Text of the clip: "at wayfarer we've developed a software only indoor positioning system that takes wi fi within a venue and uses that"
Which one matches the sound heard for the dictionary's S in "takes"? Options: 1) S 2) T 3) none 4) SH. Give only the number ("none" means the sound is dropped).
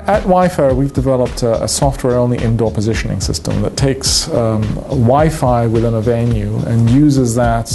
1